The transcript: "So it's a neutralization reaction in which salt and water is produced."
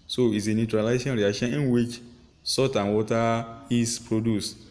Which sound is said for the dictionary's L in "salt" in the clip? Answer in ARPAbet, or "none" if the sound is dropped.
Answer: none